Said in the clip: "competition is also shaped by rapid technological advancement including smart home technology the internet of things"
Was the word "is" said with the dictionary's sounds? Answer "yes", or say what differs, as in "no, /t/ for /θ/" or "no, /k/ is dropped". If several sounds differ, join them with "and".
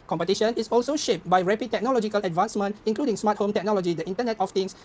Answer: no, /s/ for /z/